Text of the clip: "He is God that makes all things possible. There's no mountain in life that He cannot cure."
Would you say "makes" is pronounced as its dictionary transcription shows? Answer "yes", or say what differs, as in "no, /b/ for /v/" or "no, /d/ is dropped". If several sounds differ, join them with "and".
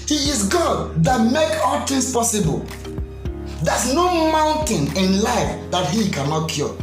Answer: no, /s/ is dropped